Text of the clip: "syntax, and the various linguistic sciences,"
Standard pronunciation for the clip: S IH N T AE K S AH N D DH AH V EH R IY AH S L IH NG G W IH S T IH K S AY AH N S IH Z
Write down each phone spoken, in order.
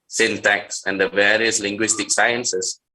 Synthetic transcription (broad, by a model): S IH N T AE K S AH N D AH V EH R IY AH S L IH NG G W IH S T IH K S AY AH N S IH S